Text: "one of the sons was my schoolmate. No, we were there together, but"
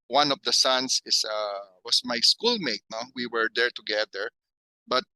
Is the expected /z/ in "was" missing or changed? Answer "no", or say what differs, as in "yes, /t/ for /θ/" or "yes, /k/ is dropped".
yes, /s/ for /z/